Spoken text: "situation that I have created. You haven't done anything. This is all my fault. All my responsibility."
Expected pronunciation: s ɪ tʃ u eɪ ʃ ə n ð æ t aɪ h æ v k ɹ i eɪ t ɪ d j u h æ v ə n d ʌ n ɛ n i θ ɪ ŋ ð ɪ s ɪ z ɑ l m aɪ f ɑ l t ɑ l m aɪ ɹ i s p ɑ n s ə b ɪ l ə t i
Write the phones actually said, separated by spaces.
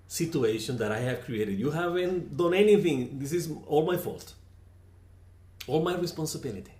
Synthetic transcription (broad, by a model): s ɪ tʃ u eɪ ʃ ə n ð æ t aɪ h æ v k ɹ i eɪ t ɪ d j u h æ v ə n d ʌ n ɛ n i θ ɪ ŋ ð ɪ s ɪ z ɑ l m aɪ f ɑ l t ɑ l m aɪ ɹ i s p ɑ n s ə b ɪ l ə t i